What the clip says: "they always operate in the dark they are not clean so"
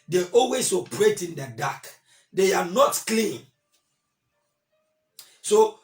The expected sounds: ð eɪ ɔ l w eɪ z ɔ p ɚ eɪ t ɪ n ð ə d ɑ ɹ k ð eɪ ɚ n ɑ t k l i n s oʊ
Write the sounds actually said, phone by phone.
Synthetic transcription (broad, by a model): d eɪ ɔ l w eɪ s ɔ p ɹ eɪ t ɪ n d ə d ɑ k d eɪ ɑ n ɑ t k l i n s oʊ